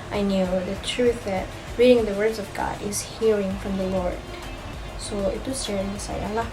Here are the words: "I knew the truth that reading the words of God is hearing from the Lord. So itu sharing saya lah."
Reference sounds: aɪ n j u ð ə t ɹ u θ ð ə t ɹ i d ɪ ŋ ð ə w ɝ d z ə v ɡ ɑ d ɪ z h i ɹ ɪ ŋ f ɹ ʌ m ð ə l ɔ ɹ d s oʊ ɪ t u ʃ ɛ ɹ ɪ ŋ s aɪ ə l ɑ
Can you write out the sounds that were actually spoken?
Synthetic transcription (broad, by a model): aɪ n j u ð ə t ɹ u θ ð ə t ɹ i d ɪ ŋ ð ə w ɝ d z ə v ɡ ɑ d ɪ s h i ɹ ɪ ŋ f ɹ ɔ m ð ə l ɔ ɹ d s oʊ ɪ t u s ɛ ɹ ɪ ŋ s aɪ ə l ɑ